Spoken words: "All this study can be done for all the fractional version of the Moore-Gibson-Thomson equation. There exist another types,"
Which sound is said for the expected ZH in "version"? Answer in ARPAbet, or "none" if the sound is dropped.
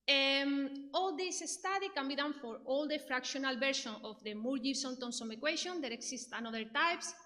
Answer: SH